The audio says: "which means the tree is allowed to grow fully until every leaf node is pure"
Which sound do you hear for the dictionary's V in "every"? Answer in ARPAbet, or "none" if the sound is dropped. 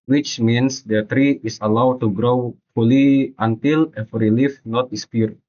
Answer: F